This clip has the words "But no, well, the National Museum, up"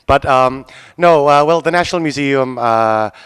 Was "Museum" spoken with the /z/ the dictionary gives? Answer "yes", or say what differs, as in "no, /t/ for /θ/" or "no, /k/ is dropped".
yes